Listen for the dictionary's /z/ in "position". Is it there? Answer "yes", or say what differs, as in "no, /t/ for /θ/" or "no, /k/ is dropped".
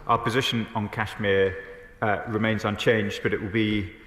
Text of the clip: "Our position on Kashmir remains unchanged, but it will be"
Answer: yes